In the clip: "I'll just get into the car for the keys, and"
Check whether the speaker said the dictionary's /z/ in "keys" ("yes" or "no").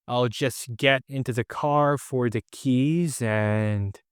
yes